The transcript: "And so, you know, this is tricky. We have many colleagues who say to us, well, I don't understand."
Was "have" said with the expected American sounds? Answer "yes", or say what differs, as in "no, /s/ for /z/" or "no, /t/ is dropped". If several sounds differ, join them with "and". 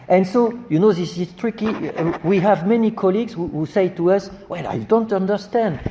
yes